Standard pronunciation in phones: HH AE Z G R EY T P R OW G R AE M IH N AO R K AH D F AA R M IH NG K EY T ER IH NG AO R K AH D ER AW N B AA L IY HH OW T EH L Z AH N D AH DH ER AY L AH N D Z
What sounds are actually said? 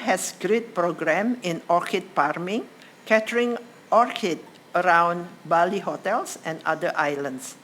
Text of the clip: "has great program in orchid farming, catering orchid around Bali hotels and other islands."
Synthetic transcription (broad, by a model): HH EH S G R EY T P R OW G R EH M IH N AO R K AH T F AA R M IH NG K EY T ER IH NG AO R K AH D ER AW N B AA L IY HH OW T EH L S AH N D AH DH AY L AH N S